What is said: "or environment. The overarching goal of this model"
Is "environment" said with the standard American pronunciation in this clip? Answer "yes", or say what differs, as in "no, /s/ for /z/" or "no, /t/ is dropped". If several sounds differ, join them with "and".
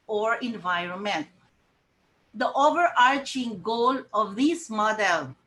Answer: yes